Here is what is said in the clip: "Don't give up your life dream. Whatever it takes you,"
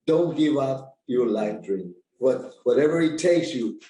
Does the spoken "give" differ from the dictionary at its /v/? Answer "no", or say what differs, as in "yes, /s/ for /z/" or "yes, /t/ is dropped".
no